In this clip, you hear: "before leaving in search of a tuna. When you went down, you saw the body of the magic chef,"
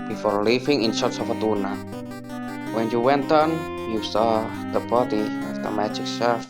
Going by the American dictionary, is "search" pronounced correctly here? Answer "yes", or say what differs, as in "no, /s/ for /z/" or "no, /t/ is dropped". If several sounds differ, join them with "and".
no, /s/ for /tʃ/